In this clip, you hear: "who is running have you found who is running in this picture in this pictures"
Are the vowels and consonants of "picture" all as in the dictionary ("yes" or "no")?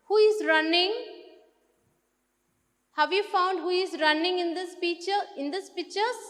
no